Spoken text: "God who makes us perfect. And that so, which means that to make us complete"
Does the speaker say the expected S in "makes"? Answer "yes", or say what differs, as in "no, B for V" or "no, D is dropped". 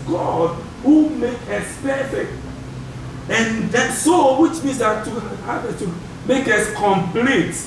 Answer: no, S is dropped